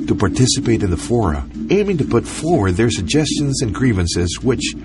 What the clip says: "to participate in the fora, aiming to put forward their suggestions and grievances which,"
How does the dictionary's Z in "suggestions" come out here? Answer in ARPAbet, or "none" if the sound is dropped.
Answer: Z